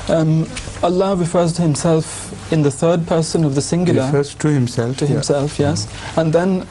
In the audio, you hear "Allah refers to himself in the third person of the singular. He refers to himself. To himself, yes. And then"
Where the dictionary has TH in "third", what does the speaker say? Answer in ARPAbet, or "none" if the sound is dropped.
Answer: TH